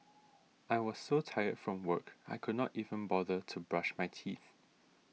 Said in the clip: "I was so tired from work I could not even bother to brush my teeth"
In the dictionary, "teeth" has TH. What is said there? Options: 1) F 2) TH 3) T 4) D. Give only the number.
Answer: 2